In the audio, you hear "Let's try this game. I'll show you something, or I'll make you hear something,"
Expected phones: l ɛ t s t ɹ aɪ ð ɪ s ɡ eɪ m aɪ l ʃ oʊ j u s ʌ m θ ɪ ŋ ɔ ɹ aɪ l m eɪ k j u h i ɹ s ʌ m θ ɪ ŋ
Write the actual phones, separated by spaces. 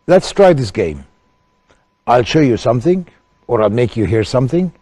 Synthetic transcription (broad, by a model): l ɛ t s t ɹ aɪ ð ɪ s ɡ eɪ m aɪ l ʃ oʊ j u s ʌ m θ ɪ ŋ ɔ ɹ aɪ l m eɪ k j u h i ɹ s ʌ m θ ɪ ŋ